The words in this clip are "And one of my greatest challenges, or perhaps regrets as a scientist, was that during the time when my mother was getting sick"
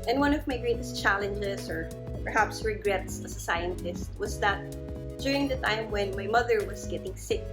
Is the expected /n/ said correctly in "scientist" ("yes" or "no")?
yes